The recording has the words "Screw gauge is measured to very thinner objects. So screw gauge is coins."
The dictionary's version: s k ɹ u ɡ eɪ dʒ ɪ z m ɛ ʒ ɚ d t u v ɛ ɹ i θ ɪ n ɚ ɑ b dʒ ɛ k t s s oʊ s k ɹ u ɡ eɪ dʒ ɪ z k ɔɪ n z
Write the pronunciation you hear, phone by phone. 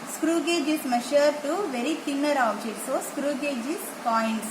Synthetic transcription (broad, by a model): s k ɹ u ɡ eɪ dʒ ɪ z m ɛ ʃ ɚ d t u v ɛ ɹ i t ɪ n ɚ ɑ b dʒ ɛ t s s oʊ s k ɹ u ɡ eɪ dʒ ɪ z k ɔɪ n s